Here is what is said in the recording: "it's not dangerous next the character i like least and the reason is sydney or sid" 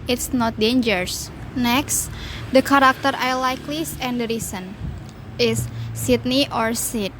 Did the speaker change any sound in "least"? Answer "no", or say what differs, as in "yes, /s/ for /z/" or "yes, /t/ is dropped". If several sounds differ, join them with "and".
yes, /t/ is dropped